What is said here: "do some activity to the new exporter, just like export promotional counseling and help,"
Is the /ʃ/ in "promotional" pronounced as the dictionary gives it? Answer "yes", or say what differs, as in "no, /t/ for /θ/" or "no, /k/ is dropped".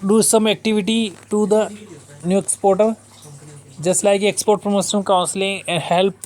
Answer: no, /s/ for /ʃ/